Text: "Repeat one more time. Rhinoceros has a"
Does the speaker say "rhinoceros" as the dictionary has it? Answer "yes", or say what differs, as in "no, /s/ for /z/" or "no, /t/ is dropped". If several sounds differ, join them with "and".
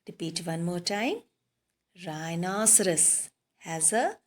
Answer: yes